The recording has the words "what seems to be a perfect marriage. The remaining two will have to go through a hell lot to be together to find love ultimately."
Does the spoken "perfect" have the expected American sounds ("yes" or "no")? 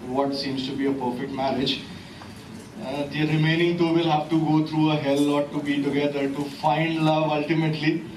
yes